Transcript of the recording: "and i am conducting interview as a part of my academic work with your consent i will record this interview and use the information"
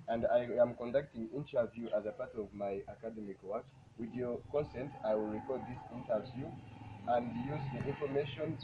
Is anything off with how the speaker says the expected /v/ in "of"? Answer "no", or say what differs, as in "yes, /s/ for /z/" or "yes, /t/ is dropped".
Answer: no